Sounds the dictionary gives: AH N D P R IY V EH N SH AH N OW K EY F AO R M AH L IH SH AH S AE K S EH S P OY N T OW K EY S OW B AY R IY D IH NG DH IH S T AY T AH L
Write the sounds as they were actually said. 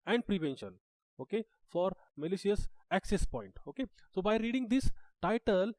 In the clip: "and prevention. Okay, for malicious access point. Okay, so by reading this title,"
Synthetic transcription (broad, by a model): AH N D P R IY V EH N SH AH N OW K EY F AO R M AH L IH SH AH S AE K S EH S P OY N T OW K EY S OW B AY R IY D IH NG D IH S T AY T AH L